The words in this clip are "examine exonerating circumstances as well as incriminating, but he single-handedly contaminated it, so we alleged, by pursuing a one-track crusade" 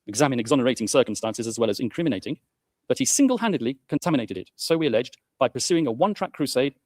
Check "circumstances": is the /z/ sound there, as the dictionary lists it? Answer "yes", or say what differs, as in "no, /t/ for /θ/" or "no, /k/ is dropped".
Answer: yes